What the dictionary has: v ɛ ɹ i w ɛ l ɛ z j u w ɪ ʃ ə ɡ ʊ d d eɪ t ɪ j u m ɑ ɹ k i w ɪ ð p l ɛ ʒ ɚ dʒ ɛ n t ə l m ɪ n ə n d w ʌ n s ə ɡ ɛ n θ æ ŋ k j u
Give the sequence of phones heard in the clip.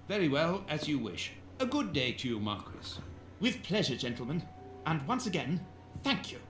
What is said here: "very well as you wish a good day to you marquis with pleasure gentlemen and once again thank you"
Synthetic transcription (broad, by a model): v ɛ ɹ i w ɛ l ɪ z j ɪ w ɪ ʃ ə ɡ ʊ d d eɪ t ɪ j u m ɑ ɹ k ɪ w ɪ ð p l ɛ ʒ ɚ dʒ ɛ n t l m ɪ n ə n w ʌ n s ə ɡ ɛ n θ æ ŋ k j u